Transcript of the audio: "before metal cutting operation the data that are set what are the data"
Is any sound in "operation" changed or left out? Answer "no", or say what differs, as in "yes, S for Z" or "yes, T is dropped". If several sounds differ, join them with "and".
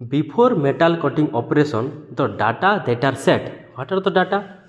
yes, S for SH